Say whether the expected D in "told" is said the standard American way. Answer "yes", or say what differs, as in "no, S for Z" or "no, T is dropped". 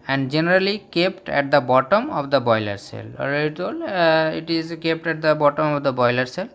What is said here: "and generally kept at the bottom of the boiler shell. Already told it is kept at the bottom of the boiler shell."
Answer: no, D is dropped